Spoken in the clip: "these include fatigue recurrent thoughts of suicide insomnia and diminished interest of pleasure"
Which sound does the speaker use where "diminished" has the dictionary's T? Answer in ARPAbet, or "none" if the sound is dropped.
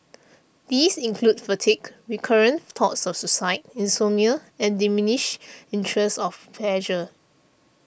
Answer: none